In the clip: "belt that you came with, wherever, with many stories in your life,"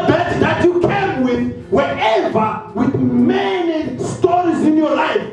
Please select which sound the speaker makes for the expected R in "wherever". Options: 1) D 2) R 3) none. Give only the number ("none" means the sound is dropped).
3